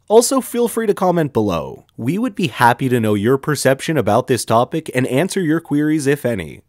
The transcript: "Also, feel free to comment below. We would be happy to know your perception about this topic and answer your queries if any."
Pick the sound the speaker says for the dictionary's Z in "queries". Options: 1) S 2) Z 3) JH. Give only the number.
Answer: 2